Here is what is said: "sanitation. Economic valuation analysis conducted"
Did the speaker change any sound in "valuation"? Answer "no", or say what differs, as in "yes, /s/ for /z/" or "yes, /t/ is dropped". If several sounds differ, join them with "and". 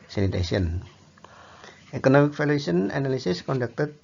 yes, /f/ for /v/